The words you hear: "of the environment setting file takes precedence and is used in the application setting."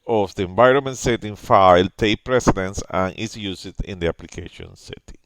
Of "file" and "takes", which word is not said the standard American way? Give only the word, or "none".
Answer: takes